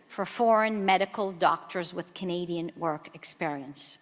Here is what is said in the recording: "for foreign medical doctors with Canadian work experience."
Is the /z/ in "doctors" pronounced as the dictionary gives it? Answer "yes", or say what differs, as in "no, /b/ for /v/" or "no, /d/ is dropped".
yes